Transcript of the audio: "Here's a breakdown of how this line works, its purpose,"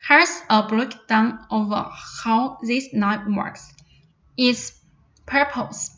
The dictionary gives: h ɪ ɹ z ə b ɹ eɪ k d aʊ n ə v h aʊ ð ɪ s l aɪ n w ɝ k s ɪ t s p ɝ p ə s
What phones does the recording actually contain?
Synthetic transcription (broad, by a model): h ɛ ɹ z ə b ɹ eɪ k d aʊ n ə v h aʊ ð ɪ s n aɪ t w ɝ k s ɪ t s p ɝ p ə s